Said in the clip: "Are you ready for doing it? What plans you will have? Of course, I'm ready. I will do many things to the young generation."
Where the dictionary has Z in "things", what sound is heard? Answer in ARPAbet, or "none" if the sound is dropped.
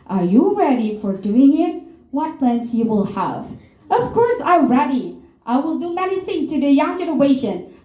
none